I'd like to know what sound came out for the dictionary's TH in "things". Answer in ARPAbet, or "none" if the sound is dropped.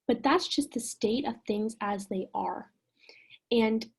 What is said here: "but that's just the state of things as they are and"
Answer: TH